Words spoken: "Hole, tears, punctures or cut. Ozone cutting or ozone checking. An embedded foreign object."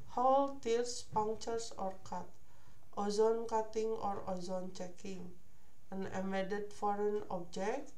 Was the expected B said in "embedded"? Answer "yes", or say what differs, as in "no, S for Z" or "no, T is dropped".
no, B is dropped